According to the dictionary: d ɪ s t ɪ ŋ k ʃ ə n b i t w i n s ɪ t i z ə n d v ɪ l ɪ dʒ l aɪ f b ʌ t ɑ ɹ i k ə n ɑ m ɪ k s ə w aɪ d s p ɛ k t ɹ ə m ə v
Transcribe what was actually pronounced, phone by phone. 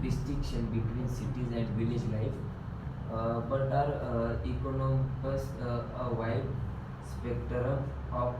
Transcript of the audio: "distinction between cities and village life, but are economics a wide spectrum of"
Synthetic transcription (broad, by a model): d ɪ s t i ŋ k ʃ ə n b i t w i n s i t i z ə n d v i l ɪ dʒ l aɪ f b ʌ t ɑ ɹ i k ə n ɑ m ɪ s ə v aɪ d s p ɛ k t ɹ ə ə